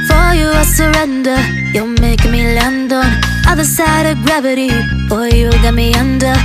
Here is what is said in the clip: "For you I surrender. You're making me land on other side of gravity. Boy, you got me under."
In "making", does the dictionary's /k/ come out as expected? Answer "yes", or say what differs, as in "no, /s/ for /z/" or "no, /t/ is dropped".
no, /k/ is dropped